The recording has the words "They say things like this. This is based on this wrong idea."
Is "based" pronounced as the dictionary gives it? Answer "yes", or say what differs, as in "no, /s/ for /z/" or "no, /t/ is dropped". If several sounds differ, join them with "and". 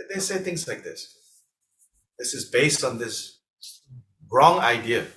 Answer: yes